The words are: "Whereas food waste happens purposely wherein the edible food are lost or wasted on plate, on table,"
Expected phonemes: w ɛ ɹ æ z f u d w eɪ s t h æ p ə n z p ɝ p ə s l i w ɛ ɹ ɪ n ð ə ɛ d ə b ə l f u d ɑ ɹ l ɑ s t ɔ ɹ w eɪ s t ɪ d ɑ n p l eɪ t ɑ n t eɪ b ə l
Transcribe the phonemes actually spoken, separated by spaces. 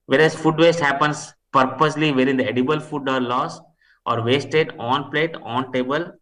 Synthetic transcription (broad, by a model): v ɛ ɹ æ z f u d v eɪ s t h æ p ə n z p ɝ p ə s l i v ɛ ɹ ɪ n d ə ɛ d ə b ə l f u d ɑ ɹ l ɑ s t ɔ ɹ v eɪ s t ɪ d ɑ n p l eɪ t ɑ n t eɪ b ə l